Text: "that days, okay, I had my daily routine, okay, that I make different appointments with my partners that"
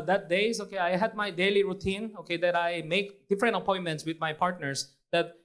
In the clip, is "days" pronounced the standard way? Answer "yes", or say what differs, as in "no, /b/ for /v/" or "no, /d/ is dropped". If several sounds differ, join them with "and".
no, /s/ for /z/